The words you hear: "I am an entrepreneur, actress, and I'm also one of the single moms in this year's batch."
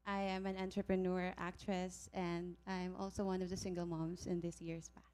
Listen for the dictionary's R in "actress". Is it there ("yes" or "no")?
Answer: yes